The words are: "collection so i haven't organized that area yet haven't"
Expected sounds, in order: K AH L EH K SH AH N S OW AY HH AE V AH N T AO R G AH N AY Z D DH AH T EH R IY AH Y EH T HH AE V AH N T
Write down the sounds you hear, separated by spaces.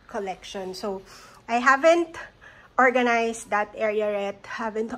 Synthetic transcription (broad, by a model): K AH L EH K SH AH N S OW AY HH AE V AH N T AO R G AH N AY S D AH T EH R IY AH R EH T HH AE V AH N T